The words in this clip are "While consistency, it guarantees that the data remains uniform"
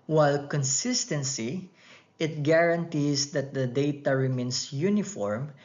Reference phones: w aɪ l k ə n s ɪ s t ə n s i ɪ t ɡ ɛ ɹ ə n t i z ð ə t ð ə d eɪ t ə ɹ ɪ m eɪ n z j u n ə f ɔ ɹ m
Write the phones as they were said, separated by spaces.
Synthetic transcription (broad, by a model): w aɪ l k ə n s ɪ s t ə n s i ɪ t ɡ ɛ ɹ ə n t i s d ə t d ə d eɪ t ə ɹ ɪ m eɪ n s j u n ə f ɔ ɹ m